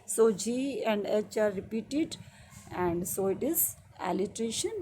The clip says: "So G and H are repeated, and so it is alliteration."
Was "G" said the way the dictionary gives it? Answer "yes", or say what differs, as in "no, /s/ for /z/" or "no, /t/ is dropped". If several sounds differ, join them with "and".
yes